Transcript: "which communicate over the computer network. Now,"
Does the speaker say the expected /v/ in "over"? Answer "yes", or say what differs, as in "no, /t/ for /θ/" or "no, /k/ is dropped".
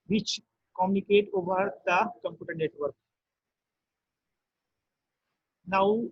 no, /b/ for /v/